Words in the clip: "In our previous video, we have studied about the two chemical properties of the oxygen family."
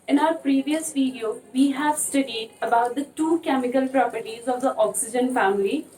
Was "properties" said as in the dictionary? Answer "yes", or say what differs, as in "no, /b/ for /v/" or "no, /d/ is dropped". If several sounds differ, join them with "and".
yes